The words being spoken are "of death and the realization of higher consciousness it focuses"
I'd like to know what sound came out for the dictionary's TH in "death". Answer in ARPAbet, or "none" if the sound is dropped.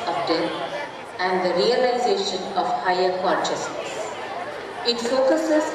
T